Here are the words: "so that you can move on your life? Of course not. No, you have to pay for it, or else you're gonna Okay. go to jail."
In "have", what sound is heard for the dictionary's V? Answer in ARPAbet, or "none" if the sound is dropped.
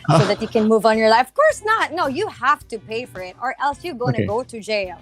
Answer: F